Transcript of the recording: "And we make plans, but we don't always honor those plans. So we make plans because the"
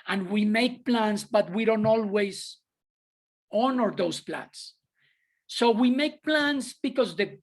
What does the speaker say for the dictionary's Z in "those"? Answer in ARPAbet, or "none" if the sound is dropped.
S